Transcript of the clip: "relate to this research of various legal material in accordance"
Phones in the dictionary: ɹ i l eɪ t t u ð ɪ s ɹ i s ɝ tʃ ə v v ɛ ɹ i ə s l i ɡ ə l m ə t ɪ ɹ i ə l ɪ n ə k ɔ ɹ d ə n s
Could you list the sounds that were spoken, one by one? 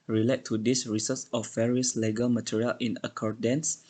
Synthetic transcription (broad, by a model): ɹ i l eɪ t t u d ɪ s ɹ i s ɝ s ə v v ɛ ɹ i ə s l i ɡ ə l m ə t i ɹ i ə l ɪ n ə k ɔ ɹ d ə n s